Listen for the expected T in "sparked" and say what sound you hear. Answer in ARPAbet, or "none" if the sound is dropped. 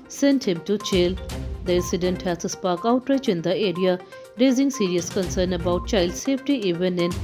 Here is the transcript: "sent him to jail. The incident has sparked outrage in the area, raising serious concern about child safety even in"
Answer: none